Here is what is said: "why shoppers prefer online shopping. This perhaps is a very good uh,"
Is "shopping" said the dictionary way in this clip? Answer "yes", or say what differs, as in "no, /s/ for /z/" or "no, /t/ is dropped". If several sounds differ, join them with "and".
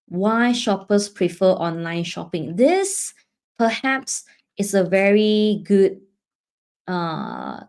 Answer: yes